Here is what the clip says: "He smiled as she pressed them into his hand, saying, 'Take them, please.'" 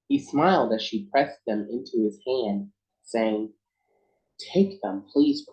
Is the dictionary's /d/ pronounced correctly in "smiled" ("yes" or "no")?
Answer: yes